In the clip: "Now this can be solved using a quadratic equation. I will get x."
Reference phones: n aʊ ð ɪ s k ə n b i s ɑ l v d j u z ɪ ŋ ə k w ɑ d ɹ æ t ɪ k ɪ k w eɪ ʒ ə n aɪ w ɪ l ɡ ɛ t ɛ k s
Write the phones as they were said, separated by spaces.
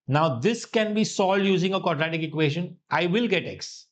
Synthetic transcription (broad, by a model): n aʊ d ɪ s k ə n b i s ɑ l d j u z ɪ ŋ ə k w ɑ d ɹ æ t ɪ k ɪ k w eɪ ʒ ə n aɪ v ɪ l ɡ ɛ t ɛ k s